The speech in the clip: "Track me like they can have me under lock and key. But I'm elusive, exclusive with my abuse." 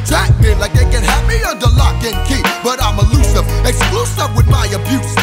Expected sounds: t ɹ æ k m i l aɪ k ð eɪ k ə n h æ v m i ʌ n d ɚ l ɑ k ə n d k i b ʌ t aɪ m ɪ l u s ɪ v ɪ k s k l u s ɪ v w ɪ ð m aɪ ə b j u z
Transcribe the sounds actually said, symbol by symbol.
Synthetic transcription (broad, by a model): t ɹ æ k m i l aɪ k ð eɪ k ə n h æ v m i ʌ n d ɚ l ɑ k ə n k i b ʌ t aɪ m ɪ l u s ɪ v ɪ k s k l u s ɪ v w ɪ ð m aɪ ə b j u